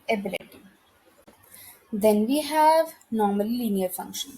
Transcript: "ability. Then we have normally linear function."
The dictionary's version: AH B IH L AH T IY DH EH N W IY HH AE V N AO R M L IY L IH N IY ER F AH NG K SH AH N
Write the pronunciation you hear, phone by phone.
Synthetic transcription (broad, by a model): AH B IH L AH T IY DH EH N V IY HH AE V N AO M IY L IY N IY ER F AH NG K SH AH N